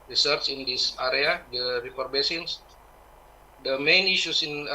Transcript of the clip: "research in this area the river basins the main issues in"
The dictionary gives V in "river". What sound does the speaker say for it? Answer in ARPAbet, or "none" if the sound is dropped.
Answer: P